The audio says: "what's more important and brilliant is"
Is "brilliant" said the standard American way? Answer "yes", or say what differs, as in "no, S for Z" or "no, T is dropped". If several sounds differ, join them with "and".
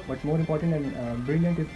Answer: yes